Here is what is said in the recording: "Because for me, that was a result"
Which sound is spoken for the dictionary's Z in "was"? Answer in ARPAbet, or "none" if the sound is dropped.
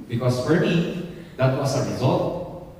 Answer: S